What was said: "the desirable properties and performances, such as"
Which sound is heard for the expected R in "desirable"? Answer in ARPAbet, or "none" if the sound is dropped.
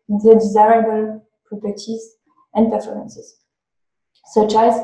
R